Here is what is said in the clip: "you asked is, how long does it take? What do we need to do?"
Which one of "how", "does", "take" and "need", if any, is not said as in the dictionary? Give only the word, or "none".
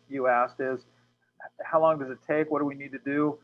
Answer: none